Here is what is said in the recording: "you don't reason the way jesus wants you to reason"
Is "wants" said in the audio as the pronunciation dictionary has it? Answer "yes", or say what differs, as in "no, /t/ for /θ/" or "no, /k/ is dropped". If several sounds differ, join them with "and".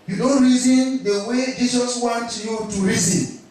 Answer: no, /s/ is dropped